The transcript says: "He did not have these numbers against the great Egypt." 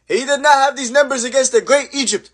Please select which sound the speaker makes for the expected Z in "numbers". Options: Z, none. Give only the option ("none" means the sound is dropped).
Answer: Z